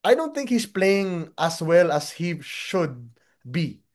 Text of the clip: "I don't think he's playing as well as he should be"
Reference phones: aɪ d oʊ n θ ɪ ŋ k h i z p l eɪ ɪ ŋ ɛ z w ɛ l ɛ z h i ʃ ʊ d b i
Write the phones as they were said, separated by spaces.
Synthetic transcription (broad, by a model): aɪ d oʊ n θ ɪ ŋ k h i s p l eɪ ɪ ŋ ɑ s w ɛ l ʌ s h i ʃ ʊ d b i